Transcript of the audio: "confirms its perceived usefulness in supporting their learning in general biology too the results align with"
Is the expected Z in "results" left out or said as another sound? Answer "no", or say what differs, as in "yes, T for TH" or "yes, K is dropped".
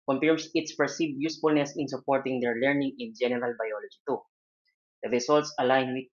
yes, S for Z